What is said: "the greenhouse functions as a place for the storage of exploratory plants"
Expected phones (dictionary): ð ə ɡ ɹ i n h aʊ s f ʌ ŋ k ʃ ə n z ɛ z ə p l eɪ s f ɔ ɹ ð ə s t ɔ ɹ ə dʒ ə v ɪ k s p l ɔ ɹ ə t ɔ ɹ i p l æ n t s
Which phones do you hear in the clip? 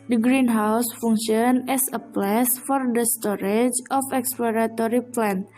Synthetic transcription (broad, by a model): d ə ɡ ɹ i n h aʊ s f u ŋ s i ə n ɛ s ə p l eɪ s f ɔ ɹ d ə s t ɔ ɹ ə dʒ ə f ɪ k s p l ɔ ɹ ə t ɔ ɹ i p l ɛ n